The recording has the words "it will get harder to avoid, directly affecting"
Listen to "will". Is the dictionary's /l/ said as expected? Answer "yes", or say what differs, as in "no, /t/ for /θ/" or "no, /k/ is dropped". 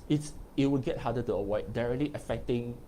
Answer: no, /w/ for /l/